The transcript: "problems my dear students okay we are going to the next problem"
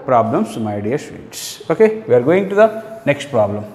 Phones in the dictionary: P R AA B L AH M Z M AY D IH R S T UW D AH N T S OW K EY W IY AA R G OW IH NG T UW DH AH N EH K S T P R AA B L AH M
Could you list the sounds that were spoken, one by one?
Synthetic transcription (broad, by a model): P R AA B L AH M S M AY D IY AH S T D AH T S OW K EY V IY AA R G OW IH NG T UW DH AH N EH K S T P R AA B L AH M